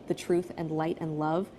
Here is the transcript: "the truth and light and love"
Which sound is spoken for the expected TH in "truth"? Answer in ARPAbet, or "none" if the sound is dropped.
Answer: TH